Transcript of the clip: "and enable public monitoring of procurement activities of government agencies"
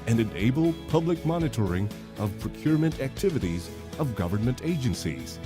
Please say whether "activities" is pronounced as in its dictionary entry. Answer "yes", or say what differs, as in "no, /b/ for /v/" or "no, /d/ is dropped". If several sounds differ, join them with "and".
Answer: yes